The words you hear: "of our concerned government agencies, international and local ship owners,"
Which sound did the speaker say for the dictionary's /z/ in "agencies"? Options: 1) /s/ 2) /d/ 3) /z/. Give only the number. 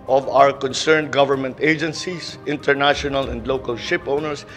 1